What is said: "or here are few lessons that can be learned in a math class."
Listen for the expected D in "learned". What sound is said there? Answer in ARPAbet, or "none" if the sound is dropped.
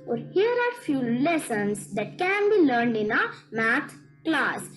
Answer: D